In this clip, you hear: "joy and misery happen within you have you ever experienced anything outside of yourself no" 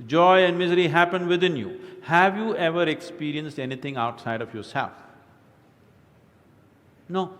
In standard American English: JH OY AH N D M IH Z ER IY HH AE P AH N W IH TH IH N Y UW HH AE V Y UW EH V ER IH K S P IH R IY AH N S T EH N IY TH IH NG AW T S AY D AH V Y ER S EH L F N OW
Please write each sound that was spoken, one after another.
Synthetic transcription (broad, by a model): JH OY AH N D M IH Z ER IY HH AE P AH N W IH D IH N Y UW HH AE V Y UW EH V ER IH K S P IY R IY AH N S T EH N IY T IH NG AW T S AY D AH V Y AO S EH L F N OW